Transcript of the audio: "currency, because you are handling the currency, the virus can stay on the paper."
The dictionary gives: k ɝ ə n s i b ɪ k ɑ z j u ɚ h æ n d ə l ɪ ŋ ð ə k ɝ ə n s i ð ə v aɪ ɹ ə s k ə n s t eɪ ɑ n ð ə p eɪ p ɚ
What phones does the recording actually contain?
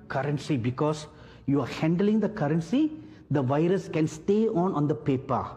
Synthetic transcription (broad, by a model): k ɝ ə n s i b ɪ k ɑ s j u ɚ h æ n d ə l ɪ ŋ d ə k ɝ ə n s i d ə v aɪ ɹ ə s k ə n s t eɪ ɑ n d ə p eɪ p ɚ